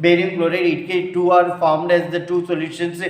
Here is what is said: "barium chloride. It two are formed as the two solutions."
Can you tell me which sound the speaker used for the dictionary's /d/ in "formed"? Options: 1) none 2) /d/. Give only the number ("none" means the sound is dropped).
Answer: 2